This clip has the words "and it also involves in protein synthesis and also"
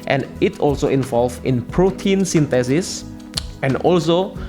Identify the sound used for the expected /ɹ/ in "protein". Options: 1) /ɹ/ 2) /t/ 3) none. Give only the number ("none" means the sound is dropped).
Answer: 1